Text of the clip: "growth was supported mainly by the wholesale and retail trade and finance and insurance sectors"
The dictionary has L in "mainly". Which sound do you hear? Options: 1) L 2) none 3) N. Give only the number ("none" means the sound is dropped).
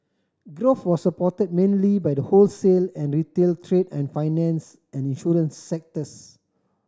1